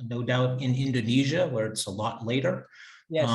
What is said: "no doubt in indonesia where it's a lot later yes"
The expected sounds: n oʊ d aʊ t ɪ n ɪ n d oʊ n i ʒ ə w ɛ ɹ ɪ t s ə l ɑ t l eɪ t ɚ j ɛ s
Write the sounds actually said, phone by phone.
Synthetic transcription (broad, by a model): n oʊ d aʊ t ɪ n ɪ n d oʊ n i ʒ ə w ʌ ɹ ɪ t s ə l ɑ t l eɪ t ɚ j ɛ